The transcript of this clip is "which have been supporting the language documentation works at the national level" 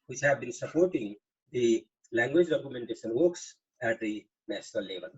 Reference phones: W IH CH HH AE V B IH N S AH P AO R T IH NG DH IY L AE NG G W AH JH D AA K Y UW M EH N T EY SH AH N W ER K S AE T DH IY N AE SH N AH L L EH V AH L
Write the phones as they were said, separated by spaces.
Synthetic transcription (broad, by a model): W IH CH HH AE V B IH N S AH P AO R T IH NG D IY L AE NG G W AH JH D AA K Y UW M EH N T EY SH AH N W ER K S AE T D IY N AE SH N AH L L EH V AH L